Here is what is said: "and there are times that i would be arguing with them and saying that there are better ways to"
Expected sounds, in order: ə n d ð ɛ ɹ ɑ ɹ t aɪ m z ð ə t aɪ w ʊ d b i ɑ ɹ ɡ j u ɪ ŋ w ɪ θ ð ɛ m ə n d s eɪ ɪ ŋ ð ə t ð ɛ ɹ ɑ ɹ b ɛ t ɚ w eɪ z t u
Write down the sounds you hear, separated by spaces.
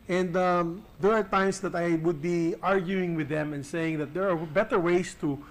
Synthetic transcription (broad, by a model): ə n d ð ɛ ɹ ɑ ɹ t aɪ m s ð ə t aɪ w ʊ d b i ɑ ɹ ɡ j u ɪ ŋ w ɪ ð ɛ m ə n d s eɪ ɪ ŋ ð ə t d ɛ ɹ ɑ ɹ b ɛ t ɚ w eɪ s t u